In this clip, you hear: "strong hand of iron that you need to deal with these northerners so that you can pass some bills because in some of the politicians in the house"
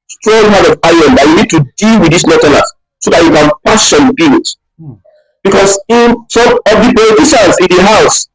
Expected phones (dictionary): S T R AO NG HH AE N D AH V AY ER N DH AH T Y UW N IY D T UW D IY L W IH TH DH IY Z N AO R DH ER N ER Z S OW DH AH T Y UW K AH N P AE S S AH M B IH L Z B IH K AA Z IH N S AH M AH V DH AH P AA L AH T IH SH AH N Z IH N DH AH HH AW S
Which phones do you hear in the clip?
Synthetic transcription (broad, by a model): S T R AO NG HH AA D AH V AY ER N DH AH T Y UW N IY D T UW D IY L W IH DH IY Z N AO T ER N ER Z S OW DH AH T Y UW K AH N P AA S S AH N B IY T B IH K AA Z IH N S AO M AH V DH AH P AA L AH T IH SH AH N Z IH N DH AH HH AW S